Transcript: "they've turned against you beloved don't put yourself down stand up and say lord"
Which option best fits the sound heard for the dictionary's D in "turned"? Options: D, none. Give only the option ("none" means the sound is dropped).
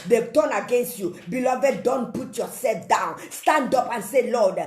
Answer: none